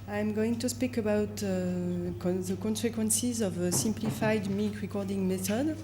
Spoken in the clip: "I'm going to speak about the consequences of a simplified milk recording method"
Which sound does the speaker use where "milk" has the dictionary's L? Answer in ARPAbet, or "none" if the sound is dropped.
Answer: none